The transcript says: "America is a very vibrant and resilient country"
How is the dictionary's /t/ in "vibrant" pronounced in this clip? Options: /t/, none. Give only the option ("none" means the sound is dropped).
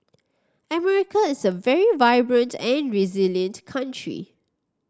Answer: /t/